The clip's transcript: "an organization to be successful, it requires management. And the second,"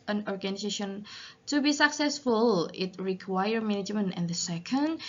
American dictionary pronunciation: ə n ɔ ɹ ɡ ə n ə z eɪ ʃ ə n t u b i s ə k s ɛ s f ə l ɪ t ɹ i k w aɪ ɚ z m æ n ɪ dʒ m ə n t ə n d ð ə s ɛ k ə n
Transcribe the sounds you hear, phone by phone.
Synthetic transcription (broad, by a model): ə n ɔ ɹ ɡ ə n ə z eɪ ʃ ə n t u b i s ə k s ɛ s f ə l ɪ t ɹ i k w aɪ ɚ m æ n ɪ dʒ m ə n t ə n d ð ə s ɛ k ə n